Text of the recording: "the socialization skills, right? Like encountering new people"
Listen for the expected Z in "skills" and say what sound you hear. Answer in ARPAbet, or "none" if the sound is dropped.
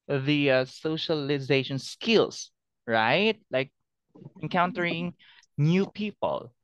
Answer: S